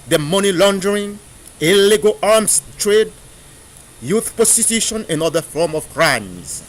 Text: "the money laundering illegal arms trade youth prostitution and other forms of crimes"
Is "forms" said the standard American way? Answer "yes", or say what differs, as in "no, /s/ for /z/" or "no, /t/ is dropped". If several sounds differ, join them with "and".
no, /z/ is dropped